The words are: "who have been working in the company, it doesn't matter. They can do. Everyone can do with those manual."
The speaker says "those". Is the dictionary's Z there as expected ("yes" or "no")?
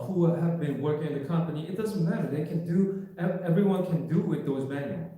yes